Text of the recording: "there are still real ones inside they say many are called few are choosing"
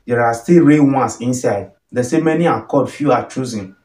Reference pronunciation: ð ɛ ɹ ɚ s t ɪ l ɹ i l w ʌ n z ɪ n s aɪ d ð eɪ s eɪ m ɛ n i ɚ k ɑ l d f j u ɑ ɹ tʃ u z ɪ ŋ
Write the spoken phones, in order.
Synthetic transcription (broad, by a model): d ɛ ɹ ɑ s t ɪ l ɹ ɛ w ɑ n s ɪ n s aɪ d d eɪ s eɪ m ɛ n i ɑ k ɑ d f j u ɑ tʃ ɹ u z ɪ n